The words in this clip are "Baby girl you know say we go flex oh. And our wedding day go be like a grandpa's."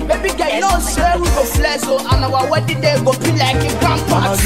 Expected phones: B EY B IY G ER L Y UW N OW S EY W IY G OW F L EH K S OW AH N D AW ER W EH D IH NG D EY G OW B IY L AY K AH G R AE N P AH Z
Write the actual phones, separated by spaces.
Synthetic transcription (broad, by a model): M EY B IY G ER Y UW N OW S EY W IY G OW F L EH S OW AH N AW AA W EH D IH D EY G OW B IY L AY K AH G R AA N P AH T